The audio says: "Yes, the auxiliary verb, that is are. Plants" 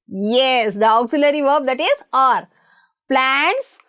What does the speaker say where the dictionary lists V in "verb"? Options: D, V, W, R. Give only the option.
V